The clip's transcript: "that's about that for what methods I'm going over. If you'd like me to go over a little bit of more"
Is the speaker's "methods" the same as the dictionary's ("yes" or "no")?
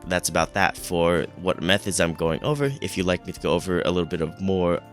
yes